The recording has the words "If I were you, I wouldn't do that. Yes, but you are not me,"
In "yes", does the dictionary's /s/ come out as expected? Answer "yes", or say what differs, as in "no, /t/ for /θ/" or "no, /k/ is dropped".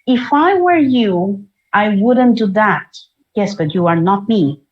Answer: yes